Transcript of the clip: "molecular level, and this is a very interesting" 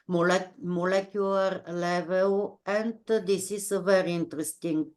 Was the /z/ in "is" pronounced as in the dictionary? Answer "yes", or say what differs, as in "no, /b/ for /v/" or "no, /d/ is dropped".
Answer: no, /s/ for /z/